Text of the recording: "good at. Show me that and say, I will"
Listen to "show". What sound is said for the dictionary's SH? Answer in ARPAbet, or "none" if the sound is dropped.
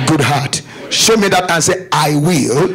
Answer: SH